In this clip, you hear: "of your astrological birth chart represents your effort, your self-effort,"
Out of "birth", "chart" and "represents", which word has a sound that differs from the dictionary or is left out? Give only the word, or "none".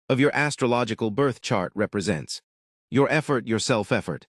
none